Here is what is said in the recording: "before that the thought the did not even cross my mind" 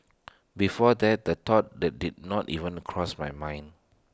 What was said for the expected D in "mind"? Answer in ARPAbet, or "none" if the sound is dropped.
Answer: none